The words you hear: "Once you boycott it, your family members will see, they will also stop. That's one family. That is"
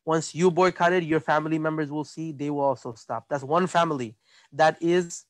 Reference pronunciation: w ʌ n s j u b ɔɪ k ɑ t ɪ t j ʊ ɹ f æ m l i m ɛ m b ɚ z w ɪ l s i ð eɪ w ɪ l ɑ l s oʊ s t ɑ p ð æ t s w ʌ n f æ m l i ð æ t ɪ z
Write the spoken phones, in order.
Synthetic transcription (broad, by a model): w ʌ n s j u b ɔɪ k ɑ t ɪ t j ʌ ɹ f æ m l i m ɛ m b ɚ z w ɪ l s i ð eɪ w ɪ l ɑ l s oʊ s t ɑ p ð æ t s w ʌ n f æ m l i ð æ t ɪ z